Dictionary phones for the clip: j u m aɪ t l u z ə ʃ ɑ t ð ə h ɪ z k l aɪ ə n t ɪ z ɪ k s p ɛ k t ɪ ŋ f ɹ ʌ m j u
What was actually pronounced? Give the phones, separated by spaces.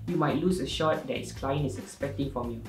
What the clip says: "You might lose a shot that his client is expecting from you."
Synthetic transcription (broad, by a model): j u m aɪ t l u s ə ʃ ɑ t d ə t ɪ s k l aɪ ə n ɪ s ɪ k s p ɛ k t ɪ ŋ f ɹ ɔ m j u